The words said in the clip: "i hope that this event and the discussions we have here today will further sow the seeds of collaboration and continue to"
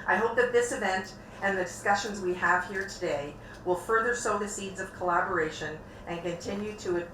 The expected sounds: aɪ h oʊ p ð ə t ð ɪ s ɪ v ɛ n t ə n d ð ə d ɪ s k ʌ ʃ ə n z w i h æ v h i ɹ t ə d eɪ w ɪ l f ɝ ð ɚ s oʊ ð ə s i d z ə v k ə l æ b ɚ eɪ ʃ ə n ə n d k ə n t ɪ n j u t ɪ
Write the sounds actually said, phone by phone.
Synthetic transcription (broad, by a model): aɪ h oʊ p ð ə t ð ɪ s ɪ v ɛ n t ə n ð ə d ɪ s k ʌ ʃ ə n z w i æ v h i ɹ t ə d eɪ w ɪ l f ɝ ð ɚ s oʊ ð ə s i d z ə v k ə l æ b ɚ eɪ ʃ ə n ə n k ə n t ɪ n j u t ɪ